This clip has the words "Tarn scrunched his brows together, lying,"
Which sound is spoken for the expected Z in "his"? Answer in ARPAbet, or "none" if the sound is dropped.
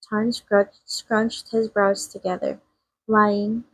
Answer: Z